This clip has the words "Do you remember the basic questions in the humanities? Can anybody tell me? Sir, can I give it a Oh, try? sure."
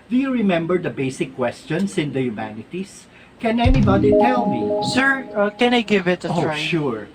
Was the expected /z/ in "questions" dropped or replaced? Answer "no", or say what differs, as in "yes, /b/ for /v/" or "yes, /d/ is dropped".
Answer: yes, /s/ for /z/